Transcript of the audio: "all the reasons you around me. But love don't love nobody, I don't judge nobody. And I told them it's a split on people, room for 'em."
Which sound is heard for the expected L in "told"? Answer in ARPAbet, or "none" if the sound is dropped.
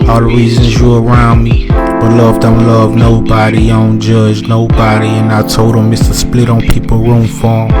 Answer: none